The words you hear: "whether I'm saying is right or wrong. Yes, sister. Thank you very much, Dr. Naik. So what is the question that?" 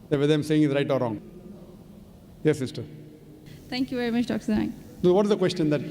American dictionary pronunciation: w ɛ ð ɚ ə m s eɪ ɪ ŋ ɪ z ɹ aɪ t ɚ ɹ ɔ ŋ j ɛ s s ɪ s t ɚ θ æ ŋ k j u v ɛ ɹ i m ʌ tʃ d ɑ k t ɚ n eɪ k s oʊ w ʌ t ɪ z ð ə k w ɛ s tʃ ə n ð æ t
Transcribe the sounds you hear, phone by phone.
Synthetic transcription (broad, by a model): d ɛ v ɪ ə m s eɪ ɪ ŋ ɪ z ɹ aɪ t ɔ ɹ ɔ ŋ j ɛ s s ɪ s t ɚ t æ ŋ k j u v ɛ ɹ i m ʌ tʃ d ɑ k s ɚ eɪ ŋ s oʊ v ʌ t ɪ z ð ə k w ɛ s tʃ ə n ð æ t